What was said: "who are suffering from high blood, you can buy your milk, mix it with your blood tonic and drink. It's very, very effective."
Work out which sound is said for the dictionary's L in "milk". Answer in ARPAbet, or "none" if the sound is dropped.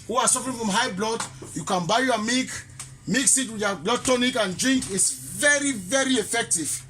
none